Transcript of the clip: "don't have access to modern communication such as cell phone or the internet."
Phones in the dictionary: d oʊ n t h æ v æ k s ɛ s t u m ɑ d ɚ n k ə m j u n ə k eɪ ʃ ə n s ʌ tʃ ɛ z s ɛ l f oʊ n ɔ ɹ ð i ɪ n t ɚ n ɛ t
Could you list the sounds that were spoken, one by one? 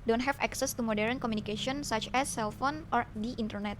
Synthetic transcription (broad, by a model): d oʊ n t h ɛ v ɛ k s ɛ s t u m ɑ d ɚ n k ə m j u n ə k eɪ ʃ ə n s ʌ tʃ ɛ s ɛ l f oʊ n ɔ ɹ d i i n t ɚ n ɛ t